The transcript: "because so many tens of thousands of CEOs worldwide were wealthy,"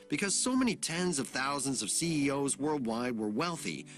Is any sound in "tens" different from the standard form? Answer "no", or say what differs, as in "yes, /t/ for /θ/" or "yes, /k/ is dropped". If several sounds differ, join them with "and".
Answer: no